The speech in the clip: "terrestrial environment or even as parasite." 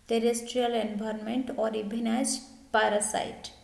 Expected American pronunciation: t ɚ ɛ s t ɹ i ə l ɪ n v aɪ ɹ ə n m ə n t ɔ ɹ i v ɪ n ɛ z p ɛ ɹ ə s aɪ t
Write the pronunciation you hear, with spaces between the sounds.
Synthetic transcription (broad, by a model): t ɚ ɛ s t ɹ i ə l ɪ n b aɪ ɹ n m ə n t ɔ ɹ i b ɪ n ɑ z p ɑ ɹ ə s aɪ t